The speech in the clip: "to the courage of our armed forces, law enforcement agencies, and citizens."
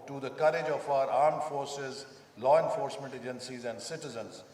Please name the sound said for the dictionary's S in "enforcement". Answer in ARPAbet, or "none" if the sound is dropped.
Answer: S